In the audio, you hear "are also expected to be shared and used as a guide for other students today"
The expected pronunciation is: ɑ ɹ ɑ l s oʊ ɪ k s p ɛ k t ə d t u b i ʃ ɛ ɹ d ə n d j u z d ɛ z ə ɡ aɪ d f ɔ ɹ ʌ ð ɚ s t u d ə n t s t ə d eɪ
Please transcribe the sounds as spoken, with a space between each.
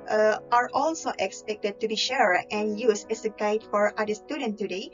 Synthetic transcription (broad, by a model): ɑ ɹ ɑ l s oʊ ɪ k s p ɛ k t ə d t u b i ʃ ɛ ɹ ə n j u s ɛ s ə ɡ aɪ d f ɔ ɹ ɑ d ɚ s t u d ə n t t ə d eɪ